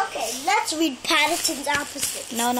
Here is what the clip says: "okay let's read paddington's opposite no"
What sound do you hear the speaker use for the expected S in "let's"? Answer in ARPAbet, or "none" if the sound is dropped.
S